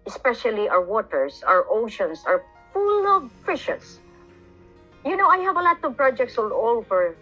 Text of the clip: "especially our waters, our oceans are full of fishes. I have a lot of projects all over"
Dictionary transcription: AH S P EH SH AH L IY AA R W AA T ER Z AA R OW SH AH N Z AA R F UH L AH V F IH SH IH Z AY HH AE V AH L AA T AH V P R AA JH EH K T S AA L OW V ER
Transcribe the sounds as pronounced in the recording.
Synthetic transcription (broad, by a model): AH S P EH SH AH L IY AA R W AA T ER S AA R OW SH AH N S AA R F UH L AH V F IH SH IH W AY HH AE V AH L AA T AH V P R AA JH EH K T S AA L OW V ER